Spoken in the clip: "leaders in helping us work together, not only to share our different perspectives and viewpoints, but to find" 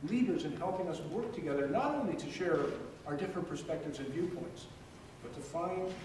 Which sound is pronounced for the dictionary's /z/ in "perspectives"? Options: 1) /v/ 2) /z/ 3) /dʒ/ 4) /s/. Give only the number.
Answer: 2